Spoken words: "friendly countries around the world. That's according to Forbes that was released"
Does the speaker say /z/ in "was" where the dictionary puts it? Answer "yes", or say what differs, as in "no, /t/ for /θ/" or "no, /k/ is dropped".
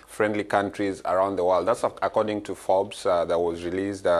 yes